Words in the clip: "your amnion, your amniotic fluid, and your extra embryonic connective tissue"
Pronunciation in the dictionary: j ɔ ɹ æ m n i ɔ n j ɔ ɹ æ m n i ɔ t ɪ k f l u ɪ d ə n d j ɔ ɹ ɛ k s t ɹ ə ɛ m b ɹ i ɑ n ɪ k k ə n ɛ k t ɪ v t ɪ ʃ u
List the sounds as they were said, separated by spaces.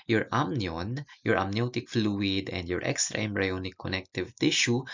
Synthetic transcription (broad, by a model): j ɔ ɹ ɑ m n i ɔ n j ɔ ɹ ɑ m n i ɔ t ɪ k f l u ɪ d ə n d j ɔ ɹ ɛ k s t ɹ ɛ m ɹ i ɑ n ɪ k k ə n ɛ k t ɪ v t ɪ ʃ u